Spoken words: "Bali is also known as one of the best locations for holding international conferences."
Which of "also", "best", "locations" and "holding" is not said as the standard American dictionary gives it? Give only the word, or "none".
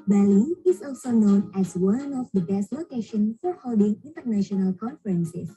locations